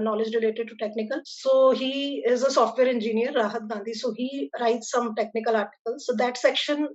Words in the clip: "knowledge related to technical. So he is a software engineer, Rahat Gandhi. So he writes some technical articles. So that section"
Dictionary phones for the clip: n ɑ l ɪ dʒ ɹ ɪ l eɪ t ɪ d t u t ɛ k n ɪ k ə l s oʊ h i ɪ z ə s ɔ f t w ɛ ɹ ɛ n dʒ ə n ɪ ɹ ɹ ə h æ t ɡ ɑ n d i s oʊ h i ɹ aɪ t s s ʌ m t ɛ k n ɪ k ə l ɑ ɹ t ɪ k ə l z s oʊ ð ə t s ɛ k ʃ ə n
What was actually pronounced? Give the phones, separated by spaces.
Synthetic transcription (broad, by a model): n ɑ l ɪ dʒ ɹ ɪ l eɪ t ɪ d t u t ɛ k n ɪ k ə l s oʊ h i ɪ z ə s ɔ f t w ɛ ɹ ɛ n dʒ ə n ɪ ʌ ɹ ə h æ t ɡ ɑ n d i s oʊ h i ɹ aɪ t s s ʌ m t ɛ k n ɪ k ə l ɑ ɹ t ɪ k ə l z s oʊ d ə t s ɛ k ʃ ə n